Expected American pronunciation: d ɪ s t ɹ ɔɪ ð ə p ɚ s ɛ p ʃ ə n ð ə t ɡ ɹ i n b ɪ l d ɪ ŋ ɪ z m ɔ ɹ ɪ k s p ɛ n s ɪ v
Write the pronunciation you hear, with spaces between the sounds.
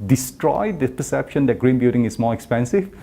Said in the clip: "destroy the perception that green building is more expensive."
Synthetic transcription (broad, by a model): d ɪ s t ɹ ɔɪ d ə p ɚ s ɛ p ʃ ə n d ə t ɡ ɹ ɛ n b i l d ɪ ŋ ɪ s m ɔ ɹ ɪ k s p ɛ n s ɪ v